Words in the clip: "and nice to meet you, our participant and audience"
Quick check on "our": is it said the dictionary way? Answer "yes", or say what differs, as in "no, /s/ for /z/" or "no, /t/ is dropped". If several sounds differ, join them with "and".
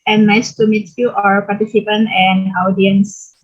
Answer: yes